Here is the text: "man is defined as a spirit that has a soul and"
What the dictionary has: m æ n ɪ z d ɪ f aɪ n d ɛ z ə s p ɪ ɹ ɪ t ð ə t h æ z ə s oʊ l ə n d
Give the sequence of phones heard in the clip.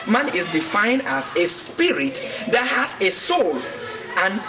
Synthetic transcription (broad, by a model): m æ n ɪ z d ɪ f aɪ n d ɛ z ə s p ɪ ɹ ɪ t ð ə t h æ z ə s oʊ l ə n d